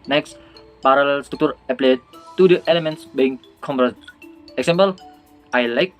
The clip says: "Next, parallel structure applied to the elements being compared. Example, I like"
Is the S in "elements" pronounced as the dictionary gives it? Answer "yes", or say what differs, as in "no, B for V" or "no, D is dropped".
yes